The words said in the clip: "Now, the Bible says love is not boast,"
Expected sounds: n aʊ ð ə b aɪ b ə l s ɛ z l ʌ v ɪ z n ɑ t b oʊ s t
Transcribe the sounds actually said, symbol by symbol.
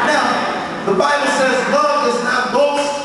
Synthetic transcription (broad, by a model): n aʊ ð ə b aɪ b ə l s ɛ z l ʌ ɪ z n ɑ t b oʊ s